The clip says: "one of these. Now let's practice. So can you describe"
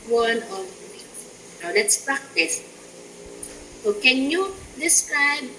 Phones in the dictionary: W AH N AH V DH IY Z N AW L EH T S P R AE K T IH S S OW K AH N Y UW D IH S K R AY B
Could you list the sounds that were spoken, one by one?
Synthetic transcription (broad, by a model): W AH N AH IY N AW L EH T S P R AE K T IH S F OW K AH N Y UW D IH S K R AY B